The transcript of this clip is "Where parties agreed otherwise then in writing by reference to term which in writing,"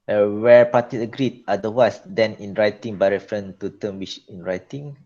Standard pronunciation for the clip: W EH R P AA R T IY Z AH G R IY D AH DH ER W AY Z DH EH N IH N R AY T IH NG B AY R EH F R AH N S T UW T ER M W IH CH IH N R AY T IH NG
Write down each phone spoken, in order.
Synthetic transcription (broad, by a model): W EH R P AA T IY AH G R IY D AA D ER W AY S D EH N IH N R AY T IH NG B AY R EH F R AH N T UW T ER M W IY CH IH N R AY T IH NG